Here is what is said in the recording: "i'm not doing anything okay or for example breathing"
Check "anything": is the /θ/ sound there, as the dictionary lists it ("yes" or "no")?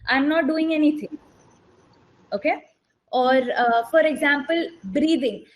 no